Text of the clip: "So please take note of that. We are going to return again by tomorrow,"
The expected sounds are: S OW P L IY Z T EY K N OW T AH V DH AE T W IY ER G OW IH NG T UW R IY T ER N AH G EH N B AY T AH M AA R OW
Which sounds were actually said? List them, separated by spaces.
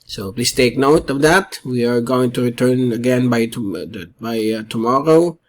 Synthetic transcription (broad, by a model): S OW P L IY S T EY K N OW T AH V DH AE T W IY ER G OW IH NG T UW R IY T ER N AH G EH N B AY T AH M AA R OW